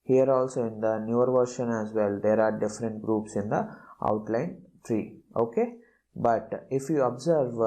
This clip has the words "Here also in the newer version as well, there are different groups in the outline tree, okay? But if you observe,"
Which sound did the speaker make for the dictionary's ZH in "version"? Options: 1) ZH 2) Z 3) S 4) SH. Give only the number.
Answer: 4